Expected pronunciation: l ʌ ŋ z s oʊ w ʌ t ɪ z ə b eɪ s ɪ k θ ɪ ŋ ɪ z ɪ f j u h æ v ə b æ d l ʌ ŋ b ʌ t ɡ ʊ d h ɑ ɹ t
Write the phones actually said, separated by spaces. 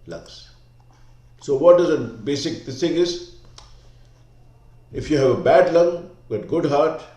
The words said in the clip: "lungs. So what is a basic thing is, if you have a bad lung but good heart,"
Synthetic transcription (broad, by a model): l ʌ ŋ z s oʊ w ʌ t ɪ z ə b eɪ s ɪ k s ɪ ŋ ɪ z ɪ f j u h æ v ə b æ d l ʌ ŋ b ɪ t ɡ ʊ d h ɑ ɹ t